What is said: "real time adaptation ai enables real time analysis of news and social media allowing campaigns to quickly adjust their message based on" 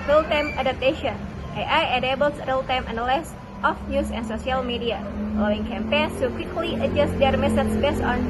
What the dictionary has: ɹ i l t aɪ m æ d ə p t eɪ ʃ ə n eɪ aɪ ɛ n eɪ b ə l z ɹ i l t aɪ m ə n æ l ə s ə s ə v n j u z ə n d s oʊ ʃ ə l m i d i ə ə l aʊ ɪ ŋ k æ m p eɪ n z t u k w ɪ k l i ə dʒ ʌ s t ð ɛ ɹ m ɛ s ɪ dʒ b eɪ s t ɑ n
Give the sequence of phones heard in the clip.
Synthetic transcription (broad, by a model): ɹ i l t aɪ m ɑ d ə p t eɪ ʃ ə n eɪ aɪ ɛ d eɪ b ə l s ɹ i l t aɪ m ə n l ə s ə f n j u s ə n s oʊ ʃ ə l m i d i ə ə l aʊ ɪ ŋ k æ m p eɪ n s t u k w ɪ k l i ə dʒ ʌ s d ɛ ɹ m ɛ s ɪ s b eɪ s ɑ n